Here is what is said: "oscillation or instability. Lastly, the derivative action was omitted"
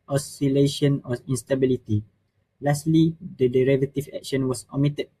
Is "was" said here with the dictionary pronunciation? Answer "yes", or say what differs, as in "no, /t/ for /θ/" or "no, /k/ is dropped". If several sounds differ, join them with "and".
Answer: no, /s/ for /z/